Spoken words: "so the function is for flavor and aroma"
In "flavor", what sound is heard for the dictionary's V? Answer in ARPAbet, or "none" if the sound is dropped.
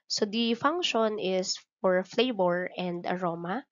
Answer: B